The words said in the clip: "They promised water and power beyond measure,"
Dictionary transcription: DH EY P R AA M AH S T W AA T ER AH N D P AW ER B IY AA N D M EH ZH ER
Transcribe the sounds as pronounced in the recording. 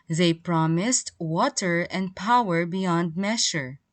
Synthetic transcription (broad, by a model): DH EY P R AA M AH S T W AA T ER AH N D P AW ER B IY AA N D M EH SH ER